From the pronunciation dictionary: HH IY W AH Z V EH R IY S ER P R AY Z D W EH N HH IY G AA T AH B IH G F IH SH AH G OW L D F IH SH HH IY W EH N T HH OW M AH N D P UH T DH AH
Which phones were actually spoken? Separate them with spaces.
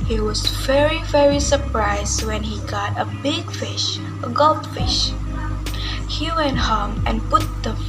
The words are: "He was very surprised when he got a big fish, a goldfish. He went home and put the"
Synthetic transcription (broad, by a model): HH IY W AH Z V EH R IY S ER P R AY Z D W EH N HH IY G AA T AH B IH G F IH SH AH G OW L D F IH SH HH IY W EH N T HH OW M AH N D P UH T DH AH